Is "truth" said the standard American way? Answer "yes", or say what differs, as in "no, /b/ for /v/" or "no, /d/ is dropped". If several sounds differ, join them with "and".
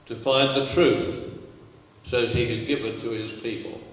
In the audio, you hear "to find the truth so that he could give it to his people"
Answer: yes